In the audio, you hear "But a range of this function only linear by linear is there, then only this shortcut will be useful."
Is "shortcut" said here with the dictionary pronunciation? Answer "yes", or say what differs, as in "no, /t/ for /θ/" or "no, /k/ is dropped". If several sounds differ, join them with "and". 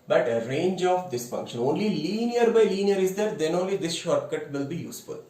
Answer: yes